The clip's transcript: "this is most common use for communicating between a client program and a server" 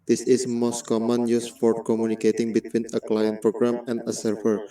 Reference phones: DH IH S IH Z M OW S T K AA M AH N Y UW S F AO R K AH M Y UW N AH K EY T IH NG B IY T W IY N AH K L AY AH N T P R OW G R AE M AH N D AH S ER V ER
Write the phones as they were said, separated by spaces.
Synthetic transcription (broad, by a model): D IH S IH S M OW S T K AA M AH N Y UW S P AO R K AH M Y UW N AH K EY T IH NG B IY T W IY N AH K L AY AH N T P R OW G R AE M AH N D AH S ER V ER